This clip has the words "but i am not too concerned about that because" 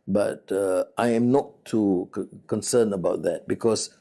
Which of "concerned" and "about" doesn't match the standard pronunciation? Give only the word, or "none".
concerned